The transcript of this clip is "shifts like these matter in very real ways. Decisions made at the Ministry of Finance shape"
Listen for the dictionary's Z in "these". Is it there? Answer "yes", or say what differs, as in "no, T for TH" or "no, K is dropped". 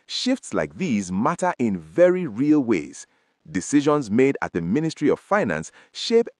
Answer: yes